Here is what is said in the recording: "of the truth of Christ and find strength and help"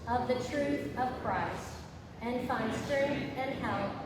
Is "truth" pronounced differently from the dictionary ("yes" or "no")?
no